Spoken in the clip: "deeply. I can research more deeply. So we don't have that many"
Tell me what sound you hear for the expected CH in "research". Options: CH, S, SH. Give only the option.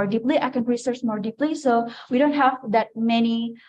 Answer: S